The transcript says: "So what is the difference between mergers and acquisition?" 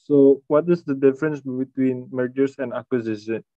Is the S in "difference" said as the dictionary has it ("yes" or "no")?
yes